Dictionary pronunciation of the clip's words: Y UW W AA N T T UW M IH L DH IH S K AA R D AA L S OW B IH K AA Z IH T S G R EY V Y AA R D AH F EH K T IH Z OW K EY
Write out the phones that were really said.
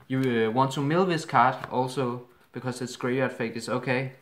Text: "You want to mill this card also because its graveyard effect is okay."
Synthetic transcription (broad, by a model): Y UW W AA N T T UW M IH L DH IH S K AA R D AA L S OW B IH K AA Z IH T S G R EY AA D F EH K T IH S OW K EY